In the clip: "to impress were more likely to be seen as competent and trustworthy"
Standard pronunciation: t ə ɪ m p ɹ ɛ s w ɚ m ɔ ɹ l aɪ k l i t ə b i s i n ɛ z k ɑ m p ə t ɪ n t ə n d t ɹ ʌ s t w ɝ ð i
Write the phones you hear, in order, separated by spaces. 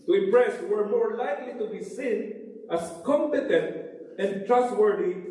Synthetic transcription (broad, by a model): t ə ɪ m p ɹ ɛ s w ɚ m ɔ ɹ l aɪ k l i t ə b i s i n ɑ s k ɑ m p ə t ɪ n t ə n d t ɹ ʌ s t w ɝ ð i